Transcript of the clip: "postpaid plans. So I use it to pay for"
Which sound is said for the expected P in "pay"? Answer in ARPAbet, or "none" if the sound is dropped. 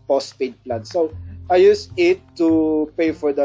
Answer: P